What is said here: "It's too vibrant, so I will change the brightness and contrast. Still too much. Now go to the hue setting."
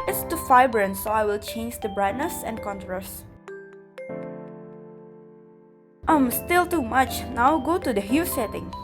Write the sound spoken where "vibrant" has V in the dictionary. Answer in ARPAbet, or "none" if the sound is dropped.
F